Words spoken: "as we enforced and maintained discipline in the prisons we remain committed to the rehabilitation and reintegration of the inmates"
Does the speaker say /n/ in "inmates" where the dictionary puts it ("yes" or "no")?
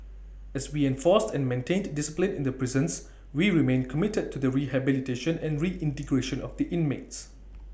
yes